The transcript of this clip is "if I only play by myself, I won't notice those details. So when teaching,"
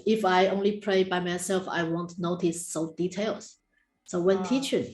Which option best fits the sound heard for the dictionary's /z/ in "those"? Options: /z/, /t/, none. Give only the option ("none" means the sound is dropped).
none